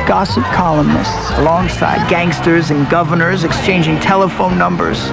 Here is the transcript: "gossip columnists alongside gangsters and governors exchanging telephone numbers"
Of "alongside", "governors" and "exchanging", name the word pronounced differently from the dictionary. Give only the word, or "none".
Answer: none